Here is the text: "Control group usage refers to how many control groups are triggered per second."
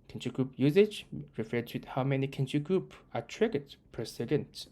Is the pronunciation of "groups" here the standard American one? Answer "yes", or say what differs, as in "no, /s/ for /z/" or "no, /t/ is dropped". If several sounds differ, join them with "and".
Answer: no, /s/ is dropped